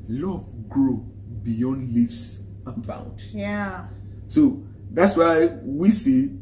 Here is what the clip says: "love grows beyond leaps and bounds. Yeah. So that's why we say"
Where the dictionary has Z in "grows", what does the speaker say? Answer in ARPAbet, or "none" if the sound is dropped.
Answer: none